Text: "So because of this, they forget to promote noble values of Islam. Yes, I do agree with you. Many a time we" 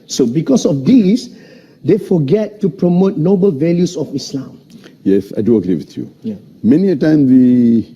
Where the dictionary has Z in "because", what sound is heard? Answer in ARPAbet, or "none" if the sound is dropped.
S